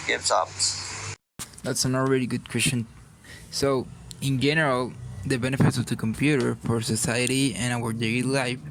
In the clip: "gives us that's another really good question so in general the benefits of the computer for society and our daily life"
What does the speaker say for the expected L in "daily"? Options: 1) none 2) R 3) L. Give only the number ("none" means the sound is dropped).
1